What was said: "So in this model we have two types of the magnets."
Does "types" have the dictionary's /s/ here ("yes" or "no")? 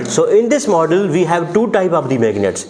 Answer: no